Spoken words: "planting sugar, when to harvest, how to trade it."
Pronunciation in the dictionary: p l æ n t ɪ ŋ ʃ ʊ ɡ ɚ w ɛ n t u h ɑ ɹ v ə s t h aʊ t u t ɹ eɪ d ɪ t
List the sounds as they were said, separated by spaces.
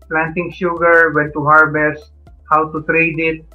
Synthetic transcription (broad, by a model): p l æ n t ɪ ŋ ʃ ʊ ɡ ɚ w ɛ n t u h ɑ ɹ b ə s h aʊ t u t ɹ eɪ d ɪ t